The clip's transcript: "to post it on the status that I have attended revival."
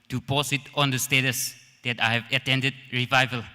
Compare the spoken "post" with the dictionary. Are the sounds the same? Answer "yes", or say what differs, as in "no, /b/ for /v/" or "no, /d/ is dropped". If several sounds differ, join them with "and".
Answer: no, /t/ is dropped